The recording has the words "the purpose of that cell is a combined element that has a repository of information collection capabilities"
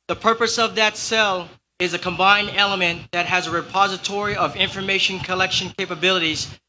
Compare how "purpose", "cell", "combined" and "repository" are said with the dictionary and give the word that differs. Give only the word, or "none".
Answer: none